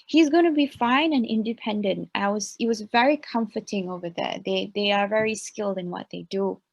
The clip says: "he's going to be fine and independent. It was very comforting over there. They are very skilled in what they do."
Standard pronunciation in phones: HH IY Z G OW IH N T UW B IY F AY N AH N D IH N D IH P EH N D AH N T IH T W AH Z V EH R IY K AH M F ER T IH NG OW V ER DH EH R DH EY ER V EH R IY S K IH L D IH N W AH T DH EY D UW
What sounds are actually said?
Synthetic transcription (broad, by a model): HH IY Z G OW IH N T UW B IY F AY N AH N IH N D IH P EH N D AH N T IH T W AH Z V EH R IY K AH M F ER T IH NG OW V ER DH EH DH DH EY ER V EH R IY S K IH L D IH N W AH T DH EY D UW